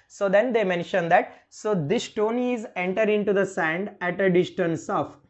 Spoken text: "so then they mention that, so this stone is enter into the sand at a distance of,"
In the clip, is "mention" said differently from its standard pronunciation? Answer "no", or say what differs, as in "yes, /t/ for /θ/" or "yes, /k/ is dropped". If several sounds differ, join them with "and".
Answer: no